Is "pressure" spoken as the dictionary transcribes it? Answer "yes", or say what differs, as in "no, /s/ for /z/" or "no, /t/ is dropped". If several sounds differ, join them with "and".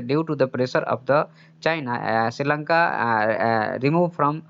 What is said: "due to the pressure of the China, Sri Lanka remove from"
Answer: no, /s/ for /ʃ/